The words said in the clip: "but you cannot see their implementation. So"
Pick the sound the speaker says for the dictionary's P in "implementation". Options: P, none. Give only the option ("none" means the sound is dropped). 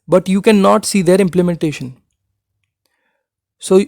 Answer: P